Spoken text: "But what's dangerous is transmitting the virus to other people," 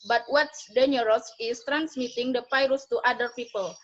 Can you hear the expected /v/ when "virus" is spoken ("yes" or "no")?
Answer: no